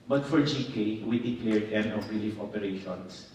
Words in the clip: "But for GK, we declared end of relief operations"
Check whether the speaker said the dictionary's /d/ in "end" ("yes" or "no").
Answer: no